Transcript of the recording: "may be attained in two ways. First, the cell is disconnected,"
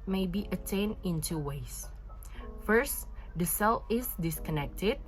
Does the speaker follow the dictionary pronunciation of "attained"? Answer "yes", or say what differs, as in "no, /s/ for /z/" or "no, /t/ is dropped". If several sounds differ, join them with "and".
no, /d/ is dropped